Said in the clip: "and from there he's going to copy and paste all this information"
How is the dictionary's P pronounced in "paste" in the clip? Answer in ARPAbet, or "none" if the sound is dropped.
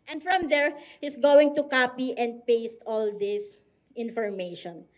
P